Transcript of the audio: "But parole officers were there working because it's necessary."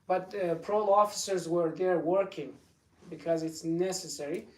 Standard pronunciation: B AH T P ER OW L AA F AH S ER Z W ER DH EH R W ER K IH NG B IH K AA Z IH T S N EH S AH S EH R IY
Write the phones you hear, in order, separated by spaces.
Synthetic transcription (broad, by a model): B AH T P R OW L AA F AH S ER Z W ER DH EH R W ER K IH NG B IH K AA Z IH T S N EH S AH S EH R IY